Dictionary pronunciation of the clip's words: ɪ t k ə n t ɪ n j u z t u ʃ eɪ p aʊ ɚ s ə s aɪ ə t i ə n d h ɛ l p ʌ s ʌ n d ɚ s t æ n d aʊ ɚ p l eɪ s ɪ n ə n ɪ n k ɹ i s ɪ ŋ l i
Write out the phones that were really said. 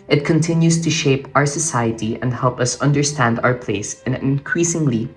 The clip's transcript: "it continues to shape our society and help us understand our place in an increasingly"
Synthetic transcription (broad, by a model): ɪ t k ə n t ɪ n j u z t u ʃ eɪ p aʊ ɚ s ə s aɪ ə t i ə n d h ɛ l p ʌ s ʌ n d ɚ s t æ n d aʊ ɚ p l eɪ ɪ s ə n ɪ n k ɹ i s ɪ ŋ l i